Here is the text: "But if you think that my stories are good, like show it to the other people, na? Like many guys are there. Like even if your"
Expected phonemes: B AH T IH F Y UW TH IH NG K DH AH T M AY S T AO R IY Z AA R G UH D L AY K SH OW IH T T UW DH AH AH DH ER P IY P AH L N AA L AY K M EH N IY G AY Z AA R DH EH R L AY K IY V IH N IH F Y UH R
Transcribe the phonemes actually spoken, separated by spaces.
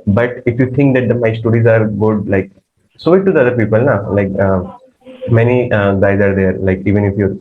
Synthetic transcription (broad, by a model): B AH T IH F Y UW T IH NG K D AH T M AY S T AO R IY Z AA R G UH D L AY K S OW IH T T UW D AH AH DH ER P IY P AH L N AA L AY K M EH N IY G AY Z AA R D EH R L AY K IY V IH N IH F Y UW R